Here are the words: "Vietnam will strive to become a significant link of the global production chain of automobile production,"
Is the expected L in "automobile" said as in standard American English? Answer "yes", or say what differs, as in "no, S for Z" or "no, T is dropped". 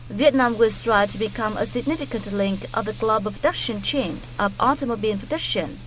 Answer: no, N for L